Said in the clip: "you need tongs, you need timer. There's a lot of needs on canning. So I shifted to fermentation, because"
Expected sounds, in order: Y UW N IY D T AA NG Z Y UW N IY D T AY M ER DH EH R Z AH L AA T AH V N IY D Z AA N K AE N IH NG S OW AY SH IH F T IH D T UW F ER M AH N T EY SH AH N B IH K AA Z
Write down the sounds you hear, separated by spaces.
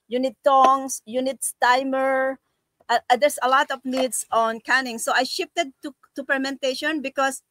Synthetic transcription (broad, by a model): Y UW N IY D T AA NG S Y UW N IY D T AY M ER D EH R S AH L AA T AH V N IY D S AA N K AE N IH NG S OW AY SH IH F T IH D T UW P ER M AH N T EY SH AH N B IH K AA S